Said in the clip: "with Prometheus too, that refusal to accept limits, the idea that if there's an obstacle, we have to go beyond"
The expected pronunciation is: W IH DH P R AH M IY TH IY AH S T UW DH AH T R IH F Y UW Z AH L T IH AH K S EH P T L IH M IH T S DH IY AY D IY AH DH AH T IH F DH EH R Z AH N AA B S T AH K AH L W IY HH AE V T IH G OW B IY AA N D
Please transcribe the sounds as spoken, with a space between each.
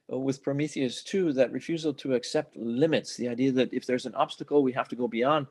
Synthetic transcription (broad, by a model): W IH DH P R AH M IY TH IY AH S T UW DH AH T R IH F Y UW Z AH L T IH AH K S EH P T L IH M IH T S DH IY AY D IY AH DH AH T IH F DH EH R Z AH N AA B S T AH K L W IY HH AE F T IH G OW B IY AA N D